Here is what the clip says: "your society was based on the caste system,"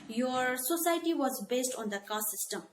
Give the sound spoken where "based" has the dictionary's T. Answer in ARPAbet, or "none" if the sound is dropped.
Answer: T